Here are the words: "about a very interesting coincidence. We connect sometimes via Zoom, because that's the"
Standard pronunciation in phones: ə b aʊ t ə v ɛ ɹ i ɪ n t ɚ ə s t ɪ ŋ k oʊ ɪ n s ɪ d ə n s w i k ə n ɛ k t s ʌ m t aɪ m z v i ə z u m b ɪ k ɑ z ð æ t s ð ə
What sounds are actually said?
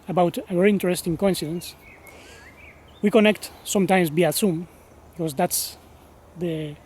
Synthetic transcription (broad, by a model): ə b aʊ t ə v ɛ ɹ i ɪ n t ɚ ə s t ɪ ŋ k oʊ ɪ n s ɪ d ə n s w i k ə n ɛ k t s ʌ m t aɪ m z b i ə s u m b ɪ k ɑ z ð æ t s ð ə